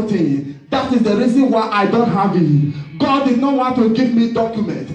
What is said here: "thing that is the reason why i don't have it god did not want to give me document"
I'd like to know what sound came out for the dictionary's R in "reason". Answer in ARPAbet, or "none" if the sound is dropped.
R